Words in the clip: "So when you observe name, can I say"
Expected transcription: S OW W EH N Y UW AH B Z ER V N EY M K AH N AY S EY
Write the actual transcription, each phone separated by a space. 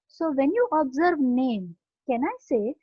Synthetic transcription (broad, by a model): S OW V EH N Y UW AH B Z ER V N EY M K AH N AY S EY